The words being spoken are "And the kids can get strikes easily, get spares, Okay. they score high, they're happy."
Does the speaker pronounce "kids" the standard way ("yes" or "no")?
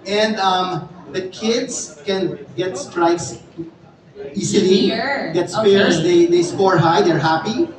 no